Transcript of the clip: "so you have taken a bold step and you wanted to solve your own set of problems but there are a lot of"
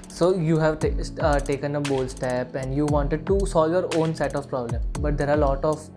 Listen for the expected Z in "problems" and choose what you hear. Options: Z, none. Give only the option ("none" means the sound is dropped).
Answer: none